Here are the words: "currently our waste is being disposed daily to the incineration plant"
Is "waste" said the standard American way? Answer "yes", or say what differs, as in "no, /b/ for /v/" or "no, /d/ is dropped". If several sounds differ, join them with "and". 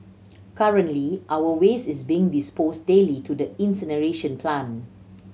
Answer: no, /t/ is dropped